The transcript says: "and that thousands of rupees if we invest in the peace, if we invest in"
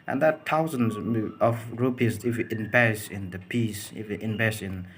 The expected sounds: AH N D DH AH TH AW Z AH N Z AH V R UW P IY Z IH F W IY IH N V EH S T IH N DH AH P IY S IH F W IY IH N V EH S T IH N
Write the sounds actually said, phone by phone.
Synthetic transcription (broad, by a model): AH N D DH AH T AW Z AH N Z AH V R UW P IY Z IH F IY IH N B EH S IH N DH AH P IY S IH F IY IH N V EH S IH N